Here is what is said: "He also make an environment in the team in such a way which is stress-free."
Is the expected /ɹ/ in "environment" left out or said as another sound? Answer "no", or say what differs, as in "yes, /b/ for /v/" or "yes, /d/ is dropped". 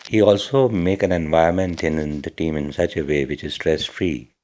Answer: yes, /ɹ/ is dropped